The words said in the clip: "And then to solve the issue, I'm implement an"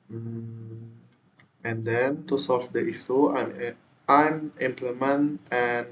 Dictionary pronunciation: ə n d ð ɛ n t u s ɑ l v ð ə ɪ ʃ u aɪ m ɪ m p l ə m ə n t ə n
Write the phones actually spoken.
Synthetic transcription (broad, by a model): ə n d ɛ n t u s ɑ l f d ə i s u aɪ m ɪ m p l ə m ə n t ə n